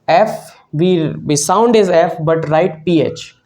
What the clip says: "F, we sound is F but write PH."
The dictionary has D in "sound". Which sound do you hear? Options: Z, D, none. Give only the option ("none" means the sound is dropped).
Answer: D